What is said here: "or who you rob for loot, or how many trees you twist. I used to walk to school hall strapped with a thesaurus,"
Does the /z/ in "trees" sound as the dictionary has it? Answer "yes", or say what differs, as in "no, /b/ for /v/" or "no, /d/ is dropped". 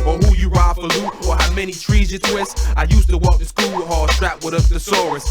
yes